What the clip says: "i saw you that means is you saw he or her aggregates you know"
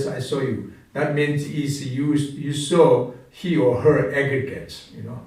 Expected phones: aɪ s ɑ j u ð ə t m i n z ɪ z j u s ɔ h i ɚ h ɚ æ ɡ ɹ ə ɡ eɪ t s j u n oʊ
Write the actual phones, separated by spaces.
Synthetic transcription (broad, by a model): aɪ s ɑ j u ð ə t m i n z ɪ s j u s ɔ h i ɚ h ɚ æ ɡ ɹ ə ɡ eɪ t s j u n oʊ